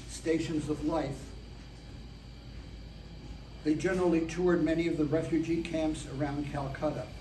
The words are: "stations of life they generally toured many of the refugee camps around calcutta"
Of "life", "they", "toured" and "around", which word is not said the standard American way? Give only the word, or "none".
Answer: none